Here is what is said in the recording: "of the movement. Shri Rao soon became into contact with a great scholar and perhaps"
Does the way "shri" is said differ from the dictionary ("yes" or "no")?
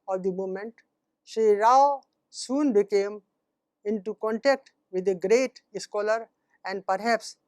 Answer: yes